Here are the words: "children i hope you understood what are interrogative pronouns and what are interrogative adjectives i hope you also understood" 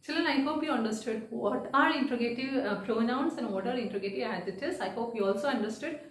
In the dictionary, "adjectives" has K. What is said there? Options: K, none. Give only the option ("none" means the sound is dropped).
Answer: none